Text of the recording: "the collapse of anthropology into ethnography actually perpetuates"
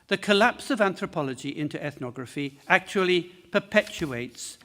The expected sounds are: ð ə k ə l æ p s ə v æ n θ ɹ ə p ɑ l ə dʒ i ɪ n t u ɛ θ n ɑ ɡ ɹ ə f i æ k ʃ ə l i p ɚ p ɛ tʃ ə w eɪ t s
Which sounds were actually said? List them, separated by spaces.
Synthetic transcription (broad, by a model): ð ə k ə l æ p s ə v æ n θ ɹ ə p ɑ l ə dʒ i ɪ n t u ɛ θ n ɑ ɡ ɹ ə f i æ k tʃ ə l i p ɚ p ɛ tʃ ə eɪ t s